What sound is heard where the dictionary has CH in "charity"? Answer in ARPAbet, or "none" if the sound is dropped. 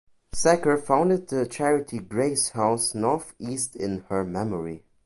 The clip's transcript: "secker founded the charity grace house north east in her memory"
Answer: CH